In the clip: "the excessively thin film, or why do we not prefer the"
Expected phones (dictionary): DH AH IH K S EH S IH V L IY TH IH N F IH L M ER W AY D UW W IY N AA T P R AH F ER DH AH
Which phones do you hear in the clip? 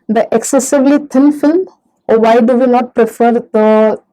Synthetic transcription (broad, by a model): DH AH IH K S EH S IH V L IY T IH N F IH L M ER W AY D UW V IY N AA T P R AH F ER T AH